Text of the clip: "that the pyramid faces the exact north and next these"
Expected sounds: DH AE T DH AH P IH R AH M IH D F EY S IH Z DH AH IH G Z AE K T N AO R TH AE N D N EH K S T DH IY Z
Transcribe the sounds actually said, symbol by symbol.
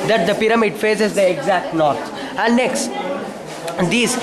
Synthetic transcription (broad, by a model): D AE T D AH P IH R AH M IH D F EY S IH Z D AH IH G Z AE K T N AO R S AE N D N EH K S T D IY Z